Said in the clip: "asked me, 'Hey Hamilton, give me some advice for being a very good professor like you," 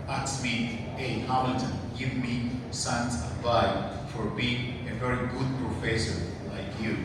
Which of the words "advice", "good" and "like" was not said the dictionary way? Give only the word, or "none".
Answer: advice